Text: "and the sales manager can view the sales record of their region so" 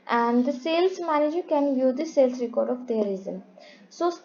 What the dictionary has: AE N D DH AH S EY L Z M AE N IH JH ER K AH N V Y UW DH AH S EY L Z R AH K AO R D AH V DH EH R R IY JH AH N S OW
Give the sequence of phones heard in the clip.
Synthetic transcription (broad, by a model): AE N D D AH S EY L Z M AE N IH JH ER K AH N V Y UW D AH S EY L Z R AH K AO R D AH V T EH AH R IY Z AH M S OW